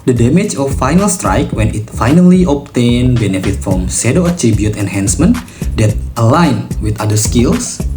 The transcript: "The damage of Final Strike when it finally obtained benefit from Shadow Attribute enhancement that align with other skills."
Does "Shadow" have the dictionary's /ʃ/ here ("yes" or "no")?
no